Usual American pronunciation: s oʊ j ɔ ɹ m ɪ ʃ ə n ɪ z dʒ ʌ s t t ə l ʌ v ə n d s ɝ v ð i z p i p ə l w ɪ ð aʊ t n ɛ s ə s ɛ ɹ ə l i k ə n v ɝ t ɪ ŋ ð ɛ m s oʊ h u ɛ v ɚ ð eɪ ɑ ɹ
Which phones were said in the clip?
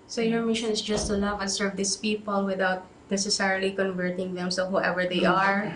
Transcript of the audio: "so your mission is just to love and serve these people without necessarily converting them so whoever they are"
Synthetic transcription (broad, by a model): s oʊ j ɔ ɹ m ɪ ʃ ə n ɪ s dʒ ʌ s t t ə l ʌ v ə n s ɝ v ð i s p i p ə l w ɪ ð aʊ t n ɛ s ə s ɛ ɹ ə l i k ə n v ɝ t ɪ ŋ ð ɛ m s oʊ h u ɛ v ɚ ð eɪ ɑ ɹ